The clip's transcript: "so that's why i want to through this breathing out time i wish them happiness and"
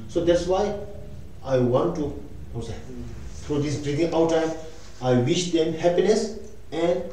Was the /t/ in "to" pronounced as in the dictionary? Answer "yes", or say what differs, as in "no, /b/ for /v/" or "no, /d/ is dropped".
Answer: no, /s/ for /t/